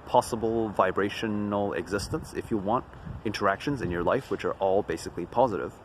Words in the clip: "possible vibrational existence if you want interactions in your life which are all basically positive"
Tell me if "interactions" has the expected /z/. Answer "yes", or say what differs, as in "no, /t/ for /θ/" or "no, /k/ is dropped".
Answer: yes